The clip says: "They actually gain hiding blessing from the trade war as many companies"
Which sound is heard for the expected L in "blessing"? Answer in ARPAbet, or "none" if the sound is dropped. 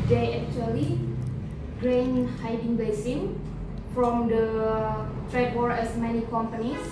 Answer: none